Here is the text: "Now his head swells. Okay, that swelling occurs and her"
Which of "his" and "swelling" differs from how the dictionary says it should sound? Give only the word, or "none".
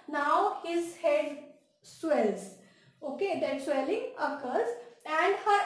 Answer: none